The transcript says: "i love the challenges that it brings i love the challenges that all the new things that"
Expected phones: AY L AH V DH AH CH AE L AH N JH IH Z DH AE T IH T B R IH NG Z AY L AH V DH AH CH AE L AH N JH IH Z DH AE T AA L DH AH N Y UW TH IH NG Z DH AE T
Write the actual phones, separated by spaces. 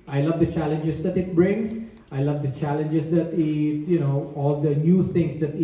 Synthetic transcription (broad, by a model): AY L AH V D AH CH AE L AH N JH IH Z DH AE T IH T B R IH NG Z AY L AH V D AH CH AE L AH N JH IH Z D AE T AA L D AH N Y UW T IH NG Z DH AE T